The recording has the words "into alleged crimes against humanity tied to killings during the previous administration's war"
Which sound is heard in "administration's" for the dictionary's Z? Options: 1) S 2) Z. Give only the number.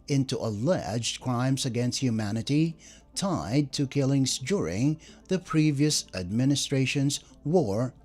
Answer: 2